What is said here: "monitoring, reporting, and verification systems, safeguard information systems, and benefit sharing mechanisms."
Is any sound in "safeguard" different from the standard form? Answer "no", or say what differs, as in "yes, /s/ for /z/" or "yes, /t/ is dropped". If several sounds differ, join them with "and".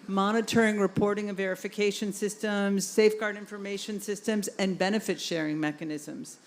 no